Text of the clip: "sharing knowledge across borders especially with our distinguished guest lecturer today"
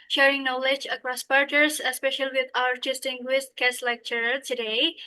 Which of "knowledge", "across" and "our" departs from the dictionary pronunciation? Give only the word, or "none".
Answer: none